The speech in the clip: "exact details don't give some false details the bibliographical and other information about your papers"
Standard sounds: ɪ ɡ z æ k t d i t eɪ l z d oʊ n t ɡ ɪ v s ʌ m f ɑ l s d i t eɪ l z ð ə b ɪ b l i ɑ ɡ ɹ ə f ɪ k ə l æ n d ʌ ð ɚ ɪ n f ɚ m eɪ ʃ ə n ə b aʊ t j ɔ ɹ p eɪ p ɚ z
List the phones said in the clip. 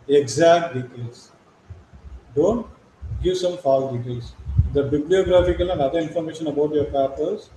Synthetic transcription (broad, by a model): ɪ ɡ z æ k t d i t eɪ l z d oʊ n t ɡ ɪ v s ʌ m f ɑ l d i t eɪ l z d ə b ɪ b l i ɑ ɡ ɹ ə f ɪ k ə l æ n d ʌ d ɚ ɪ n f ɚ m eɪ ʃ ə n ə b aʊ t j ɔ ɹ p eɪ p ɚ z